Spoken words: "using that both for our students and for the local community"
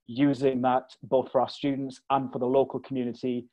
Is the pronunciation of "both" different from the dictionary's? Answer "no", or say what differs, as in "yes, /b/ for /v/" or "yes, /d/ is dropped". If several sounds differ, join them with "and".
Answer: no